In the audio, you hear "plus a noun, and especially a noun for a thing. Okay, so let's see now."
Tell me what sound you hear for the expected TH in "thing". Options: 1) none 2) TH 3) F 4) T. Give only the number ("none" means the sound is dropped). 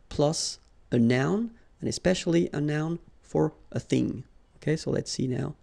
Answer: 2